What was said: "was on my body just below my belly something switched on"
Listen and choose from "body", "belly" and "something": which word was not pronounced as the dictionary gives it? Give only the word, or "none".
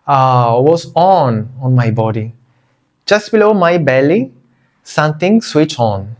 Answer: something